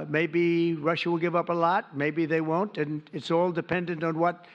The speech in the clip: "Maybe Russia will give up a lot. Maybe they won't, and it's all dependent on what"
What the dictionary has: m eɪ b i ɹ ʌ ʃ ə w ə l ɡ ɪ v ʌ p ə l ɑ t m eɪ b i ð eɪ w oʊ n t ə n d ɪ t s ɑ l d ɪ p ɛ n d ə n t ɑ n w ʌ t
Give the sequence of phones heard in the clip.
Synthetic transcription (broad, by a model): m eɪ b i ɹ ʌ ʃ ə w ə l ɡ ɪ v ʌ p ə l ɑ t m eɪ b i ð eɪ w oʊ n t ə n ɪ t s ɑ l d ɪ p ɛ n d ə n t n w ʌ t